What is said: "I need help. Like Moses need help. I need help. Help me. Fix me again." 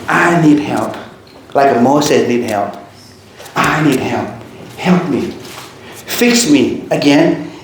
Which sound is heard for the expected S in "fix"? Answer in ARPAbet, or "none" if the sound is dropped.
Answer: S